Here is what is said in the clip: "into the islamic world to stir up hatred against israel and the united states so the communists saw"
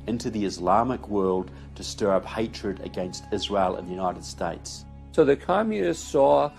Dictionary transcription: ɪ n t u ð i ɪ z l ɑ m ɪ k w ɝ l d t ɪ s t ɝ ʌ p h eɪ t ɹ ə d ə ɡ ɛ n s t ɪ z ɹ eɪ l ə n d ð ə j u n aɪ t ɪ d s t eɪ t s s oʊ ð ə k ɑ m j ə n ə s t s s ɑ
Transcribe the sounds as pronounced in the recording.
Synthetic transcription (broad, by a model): ɪ n t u ð i ɪ z l ɑ m ɪ k w ɝ l d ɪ s t ɝ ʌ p h eɪ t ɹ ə d ə ɡ ɛ n s t ɪ z ɹ eɪ l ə n ð ə j u n aɪ t ɪ d s t eɪ t s s oʊ ð ə k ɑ m j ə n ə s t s s ɑ